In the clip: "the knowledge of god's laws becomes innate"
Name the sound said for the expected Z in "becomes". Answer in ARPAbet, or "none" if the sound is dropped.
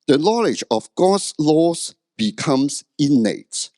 S